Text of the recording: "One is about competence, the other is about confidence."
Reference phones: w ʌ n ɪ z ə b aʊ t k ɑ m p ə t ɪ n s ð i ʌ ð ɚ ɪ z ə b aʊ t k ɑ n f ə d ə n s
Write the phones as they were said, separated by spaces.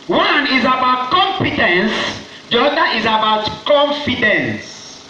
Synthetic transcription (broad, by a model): w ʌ n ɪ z ə b aʊ t k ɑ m f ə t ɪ n s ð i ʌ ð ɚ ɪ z ə b aʊ t k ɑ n f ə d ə n s